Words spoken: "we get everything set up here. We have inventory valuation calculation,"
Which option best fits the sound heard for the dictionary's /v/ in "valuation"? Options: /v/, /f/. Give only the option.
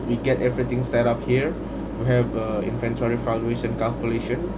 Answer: /f/